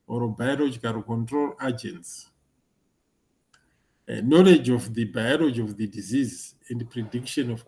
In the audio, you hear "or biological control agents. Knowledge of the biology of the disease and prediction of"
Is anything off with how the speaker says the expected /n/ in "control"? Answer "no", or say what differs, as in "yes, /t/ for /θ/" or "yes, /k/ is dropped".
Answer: no